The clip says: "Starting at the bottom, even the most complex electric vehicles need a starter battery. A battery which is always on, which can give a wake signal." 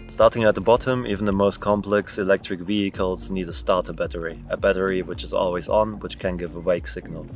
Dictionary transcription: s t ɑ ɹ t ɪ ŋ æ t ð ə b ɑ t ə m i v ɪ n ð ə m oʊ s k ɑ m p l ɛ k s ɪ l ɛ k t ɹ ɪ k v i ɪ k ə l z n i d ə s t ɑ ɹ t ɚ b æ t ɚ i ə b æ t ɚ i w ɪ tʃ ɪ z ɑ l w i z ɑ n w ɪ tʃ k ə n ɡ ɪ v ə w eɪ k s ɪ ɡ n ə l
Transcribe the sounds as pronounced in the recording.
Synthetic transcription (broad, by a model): s t ɑ ɹ t ɪ ŋ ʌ t ð ə b ɑ t ə m i v n ð ə m oʊ s k ɑ m p l ɛ k s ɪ l ɛ k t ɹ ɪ k v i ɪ k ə l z n i d ə s t ɑ ɹ t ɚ b æ t ɚ i ə b æ t ɚ i w ɪ tʃ ɪ z ɑ l w i z n w ɪ tʃ k ə n ɡ ɪ v ə w eɪ k s ɪ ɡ n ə l